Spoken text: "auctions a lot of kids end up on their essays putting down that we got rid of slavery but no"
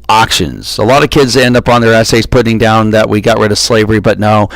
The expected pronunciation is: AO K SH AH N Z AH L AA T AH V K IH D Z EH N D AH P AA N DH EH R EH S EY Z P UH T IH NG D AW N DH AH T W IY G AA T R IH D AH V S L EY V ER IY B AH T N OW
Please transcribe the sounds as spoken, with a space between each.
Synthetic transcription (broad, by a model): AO K SH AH N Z AH L AA T AH V K IH D Z EH N D AH P N DH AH R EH S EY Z P UH T IH NG D AW N DH AH T W IY G AA T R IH D AH V S L EY V ER IY B AH T N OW